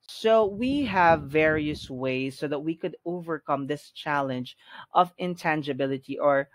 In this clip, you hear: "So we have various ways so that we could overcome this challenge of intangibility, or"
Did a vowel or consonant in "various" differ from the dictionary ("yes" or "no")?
no